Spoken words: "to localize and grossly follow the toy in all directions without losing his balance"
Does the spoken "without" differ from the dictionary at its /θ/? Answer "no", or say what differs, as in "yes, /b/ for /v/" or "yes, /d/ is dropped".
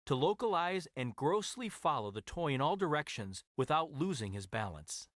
no